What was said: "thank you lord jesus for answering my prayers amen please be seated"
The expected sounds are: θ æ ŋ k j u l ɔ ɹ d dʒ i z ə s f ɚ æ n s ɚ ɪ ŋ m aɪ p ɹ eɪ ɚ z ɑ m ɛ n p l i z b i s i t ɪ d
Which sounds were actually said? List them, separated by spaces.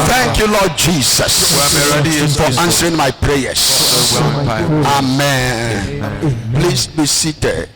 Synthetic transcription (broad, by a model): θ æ ŋ k j u l ɔ d dʒ i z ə s f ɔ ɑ n s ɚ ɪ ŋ m aɪ p ɹ eɪ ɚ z ɑ m ɛ n p l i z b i s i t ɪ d